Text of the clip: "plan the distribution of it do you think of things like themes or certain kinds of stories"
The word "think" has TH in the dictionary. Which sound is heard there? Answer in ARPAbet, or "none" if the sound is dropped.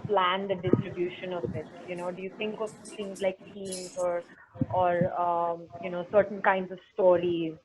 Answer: T